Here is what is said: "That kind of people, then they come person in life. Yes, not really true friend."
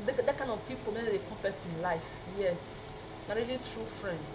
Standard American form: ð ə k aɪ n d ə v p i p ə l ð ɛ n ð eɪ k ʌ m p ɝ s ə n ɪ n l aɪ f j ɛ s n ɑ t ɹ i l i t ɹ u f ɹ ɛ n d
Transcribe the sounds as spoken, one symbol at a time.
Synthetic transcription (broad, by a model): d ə k aɪ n ə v p i p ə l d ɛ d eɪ k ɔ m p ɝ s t ɪ n l aɪ f j ɛ s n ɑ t ɹ i l i t ɹ u f ɹ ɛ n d